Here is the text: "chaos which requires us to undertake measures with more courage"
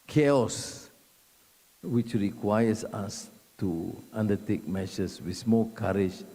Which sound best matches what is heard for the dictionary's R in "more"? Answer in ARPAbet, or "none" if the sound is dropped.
L